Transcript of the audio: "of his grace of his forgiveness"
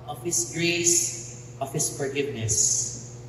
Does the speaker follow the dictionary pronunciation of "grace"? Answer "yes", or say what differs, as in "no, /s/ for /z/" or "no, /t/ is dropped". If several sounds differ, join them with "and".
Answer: yes